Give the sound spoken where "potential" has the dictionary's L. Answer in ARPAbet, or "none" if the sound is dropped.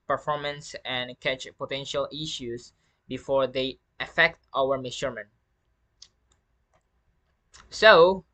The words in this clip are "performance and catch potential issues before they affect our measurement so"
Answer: L